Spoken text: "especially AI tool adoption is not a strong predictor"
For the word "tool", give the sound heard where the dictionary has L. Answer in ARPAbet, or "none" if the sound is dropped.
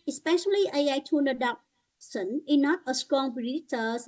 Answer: N